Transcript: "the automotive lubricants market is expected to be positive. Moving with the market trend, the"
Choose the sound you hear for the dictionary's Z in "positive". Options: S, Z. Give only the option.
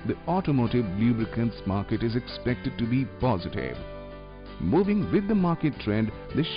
Z